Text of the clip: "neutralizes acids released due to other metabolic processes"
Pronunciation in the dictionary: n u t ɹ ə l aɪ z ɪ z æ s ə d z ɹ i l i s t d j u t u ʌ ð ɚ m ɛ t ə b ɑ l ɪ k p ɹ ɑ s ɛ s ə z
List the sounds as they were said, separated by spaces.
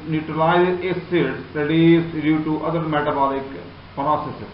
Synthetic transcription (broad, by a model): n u t ɹ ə l aɪ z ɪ s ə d ɹ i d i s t d j u t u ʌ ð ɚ m ɛ t ə b ɑ l ɪ k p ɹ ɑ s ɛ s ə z